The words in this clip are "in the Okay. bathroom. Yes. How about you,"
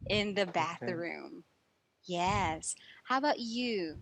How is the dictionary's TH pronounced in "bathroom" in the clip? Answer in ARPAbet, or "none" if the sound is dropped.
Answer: TH